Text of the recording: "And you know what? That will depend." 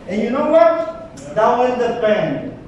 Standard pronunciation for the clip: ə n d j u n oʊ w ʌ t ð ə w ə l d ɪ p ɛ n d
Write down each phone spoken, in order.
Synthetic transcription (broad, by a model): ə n j u n oʊ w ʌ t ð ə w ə n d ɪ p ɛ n